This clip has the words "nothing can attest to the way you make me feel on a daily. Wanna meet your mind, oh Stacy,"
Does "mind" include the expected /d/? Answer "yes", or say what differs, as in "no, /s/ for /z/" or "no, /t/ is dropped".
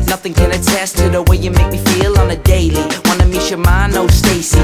no, /d/ is dropped